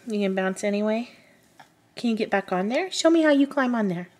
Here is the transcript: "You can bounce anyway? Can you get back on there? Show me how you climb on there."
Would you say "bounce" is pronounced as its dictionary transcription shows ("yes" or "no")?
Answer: yes